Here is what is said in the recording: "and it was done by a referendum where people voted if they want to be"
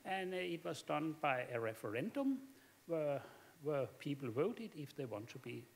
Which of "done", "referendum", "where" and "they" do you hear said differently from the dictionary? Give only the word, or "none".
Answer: where